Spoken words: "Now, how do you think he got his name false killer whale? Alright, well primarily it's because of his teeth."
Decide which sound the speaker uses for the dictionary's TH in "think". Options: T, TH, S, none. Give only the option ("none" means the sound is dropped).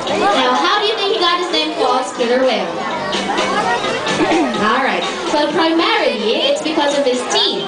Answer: TH